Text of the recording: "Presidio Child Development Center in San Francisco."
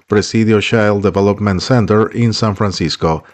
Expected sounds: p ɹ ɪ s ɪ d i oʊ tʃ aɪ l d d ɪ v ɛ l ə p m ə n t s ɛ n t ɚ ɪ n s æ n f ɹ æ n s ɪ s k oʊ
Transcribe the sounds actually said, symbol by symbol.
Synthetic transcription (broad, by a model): p ɹ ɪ s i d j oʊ ʃ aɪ l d d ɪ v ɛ l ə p m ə n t s ɛ n t ɚ ɪ n s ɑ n f ɹ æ n s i s k oʊ